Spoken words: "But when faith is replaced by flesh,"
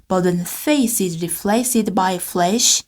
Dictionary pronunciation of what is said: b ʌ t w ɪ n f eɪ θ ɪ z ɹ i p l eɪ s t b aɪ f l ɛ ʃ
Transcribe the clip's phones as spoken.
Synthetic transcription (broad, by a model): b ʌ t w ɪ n f eɪ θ ɪ z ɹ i f l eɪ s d b aɪ f l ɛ ʃ